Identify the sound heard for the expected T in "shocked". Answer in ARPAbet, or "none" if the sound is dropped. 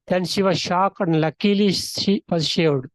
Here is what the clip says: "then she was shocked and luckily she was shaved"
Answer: none